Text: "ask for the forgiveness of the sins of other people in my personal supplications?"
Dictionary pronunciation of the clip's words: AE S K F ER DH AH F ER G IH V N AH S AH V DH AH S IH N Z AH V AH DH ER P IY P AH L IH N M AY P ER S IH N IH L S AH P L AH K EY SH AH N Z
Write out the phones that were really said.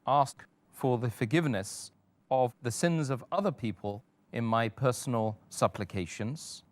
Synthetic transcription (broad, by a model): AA S K F ER DH AH F ER G IH V N AH S AH V DH AH S IH N Z AH V AH DH ER P IY P AH L IH N M AY P ER S N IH L S AH P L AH K EY SH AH N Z